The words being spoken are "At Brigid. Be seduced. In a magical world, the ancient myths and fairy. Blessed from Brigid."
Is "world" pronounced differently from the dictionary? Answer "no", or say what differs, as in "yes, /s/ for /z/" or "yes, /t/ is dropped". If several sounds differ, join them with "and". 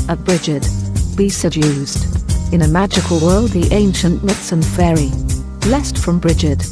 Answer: no